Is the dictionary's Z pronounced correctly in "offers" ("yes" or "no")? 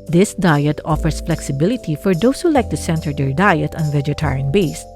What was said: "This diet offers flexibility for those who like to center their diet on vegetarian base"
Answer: no